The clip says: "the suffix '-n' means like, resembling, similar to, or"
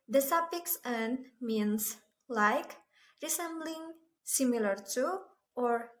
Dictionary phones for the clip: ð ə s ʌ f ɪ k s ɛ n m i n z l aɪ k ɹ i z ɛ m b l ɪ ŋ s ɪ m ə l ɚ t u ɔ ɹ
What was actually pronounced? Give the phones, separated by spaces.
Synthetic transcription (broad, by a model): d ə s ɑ p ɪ k s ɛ n m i n s l aɪ k ɹ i s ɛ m b l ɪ ŋ s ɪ m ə l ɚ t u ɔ ɹ